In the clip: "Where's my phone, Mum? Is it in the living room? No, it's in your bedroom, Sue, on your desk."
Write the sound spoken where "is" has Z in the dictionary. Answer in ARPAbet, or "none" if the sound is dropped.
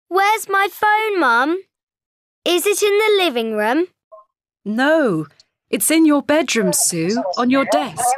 Z